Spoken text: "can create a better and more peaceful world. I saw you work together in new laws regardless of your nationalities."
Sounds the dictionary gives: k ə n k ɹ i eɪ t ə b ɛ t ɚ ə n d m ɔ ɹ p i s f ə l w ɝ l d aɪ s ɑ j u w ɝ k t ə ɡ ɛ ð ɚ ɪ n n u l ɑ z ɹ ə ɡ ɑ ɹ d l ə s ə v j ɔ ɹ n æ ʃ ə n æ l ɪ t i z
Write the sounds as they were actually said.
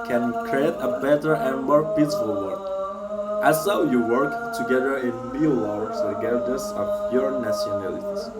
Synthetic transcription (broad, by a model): k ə n k ɹ i eɪ t ə b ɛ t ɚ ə n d m ɔ ɹ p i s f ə l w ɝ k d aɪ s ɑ j u w ɝ k t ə ɡ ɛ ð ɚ ɪ n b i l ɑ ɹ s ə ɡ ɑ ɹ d ə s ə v j ɔ ɹ n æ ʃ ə n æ l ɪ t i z